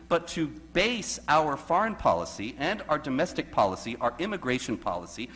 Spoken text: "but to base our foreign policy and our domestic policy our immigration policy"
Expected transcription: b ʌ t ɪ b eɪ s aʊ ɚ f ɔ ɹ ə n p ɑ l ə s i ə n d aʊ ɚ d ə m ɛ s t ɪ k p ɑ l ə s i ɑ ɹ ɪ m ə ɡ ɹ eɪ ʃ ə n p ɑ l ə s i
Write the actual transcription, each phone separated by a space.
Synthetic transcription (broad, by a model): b ʌ t ɪ b eɪ s aʊ ɚ f ɔ ɹ ə n p ɑ l ə s i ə n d aʊ ɚ d ə m ɛ s t ɪ k p ɑ l ə s i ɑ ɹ ɪ m ə ɡ ɹ eɪ ʃ ə n p ɑ l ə s i